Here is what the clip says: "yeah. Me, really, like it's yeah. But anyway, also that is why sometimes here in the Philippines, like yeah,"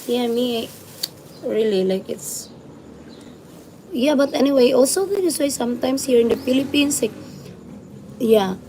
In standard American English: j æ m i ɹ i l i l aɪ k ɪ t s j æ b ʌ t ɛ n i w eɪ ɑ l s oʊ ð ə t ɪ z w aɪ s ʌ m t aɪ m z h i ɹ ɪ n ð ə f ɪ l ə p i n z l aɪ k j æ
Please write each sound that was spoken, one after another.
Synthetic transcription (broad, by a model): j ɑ m i ɹ i l i l aɪ k ɪ t s j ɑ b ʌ t ɛ n i w eɪ ɑ l s oʊ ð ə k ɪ s w aɪ s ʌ m t aɪ m s h i ɹ ɪ n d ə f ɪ l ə p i n s l aɪ k j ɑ